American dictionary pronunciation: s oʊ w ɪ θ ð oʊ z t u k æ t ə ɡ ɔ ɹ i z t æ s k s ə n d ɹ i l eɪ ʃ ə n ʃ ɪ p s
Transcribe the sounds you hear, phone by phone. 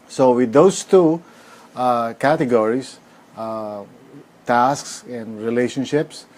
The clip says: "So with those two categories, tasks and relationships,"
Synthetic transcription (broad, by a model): s oʊ w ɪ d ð oʊ s t u k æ t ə ɡ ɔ ɹ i s t æ s k s ə n d ɹ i l eɪ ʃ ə n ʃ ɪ p s